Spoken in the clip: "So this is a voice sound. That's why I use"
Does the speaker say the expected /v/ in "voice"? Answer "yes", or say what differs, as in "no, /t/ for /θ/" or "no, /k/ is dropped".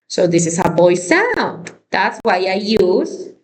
no, /b/ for /v/